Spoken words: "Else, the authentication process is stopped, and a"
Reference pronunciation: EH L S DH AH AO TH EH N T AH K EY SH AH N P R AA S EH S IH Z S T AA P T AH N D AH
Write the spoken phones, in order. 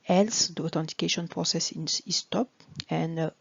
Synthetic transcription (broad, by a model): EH L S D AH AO T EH N T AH K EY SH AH N P R AA S EH S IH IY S T AA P AH N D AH